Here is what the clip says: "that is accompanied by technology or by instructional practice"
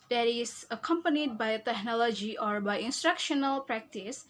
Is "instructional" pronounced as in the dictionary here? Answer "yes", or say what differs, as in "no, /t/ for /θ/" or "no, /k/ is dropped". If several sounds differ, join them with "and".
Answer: yes